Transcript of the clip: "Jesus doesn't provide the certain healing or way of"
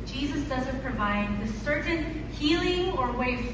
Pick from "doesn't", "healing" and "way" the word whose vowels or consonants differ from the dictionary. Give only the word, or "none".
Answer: none